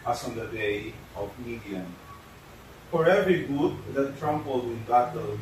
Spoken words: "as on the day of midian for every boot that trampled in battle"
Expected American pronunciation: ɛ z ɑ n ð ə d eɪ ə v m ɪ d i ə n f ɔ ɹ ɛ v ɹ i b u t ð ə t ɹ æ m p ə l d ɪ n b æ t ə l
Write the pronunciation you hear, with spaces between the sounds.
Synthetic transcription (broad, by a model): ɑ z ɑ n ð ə d eɪ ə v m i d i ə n f ɔ ɹ ɛ v ɹ i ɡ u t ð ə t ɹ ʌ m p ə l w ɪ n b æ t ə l